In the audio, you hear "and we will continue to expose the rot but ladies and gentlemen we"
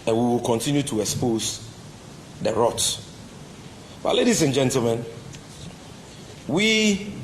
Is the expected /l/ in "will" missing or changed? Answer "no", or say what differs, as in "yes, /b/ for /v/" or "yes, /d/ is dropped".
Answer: no